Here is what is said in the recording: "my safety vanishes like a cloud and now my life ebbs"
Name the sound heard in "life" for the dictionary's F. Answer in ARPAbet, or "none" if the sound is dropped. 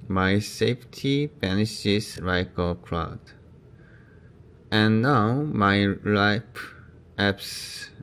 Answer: P